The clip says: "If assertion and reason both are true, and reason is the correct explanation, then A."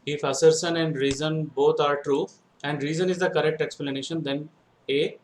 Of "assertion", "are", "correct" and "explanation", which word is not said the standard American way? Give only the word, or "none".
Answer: assertion